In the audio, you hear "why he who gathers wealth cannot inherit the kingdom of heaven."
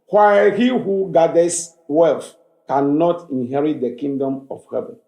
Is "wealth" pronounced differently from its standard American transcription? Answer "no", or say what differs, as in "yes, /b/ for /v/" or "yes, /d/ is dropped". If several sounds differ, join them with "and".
yes, /f/ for /θ/